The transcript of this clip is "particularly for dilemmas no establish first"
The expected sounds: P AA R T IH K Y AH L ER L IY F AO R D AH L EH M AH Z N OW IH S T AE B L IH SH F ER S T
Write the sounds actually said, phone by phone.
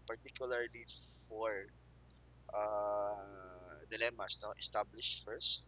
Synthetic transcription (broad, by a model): P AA R T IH K Y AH L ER L IY F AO R D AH L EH M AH S N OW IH S T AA B L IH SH F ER S T